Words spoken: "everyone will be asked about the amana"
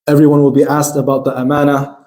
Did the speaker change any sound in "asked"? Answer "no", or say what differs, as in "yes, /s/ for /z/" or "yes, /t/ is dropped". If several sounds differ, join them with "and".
no